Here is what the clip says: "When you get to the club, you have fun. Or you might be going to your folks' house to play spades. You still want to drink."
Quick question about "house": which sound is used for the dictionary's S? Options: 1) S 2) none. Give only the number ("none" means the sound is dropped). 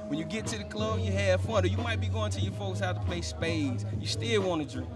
2